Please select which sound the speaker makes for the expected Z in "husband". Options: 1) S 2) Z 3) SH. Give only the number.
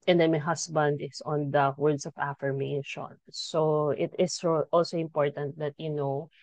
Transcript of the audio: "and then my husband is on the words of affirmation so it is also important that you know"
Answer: 1